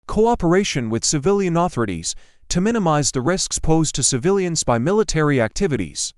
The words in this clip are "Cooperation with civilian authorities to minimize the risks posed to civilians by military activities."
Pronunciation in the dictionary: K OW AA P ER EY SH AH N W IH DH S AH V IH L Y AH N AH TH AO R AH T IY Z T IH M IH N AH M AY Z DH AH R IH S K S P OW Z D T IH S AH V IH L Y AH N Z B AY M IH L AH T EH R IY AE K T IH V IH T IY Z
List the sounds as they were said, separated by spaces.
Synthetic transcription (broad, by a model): K OW AA P ER EY SH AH N W IH DH S AH V IH L Y AH N AH TH AO R AH T IY Z T IH M IH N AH M AY Z DH AH R IH S K S P OW Z T IH S AH V IH L Y AH N Z B AY M IH L AH T EH R IY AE K T IH V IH T IY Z